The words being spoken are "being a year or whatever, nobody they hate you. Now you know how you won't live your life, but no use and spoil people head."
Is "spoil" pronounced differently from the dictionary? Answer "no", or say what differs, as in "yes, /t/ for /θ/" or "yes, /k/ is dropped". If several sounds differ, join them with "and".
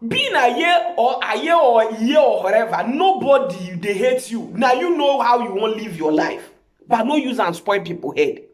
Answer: yes, /n/ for /l/